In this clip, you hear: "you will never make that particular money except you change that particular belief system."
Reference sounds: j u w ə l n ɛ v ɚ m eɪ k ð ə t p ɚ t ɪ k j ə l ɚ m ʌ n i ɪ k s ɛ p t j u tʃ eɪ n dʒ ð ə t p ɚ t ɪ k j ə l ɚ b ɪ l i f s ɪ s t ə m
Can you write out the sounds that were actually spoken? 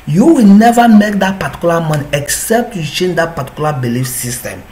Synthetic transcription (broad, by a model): j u w ə l n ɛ v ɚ m eɪ k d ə t p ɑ t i k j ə l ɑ m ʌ n i ɪ k s ɛ p t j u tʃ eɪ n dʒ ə t p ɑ t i k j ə l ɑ b ɪ l i f s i s t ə m